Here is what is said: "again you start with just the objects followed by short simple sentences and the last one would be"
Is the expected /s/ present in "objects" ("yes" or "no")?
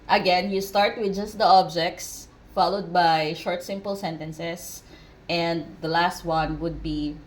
yes